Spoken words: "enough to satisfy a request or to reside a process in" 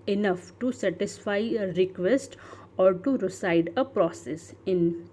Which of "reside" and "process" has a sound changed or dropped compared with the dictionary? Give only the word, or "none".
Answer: reside